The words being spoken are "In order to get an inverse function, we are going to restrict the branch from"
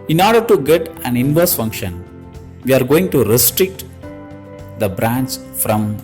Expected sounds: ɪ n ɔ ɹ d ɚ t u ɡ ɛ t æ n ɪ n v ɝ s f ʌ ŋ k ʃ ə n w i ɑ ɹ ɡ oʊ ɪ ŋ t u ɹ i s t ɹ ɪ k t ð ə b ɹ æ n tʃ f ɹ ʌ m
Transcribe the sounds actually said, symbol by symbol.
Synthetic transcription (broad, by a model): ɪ n ɔ ɹ d ɚ t u ɡ ɛ t æ n ɪ n v ɝ s f ʌ ŋ k ʃ ə n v i ɑ ɹ ɡ oʊ ɪ ŋ t u ɹ i s t ɹ ɪ k t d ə b ɹ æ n s f ɹ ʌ m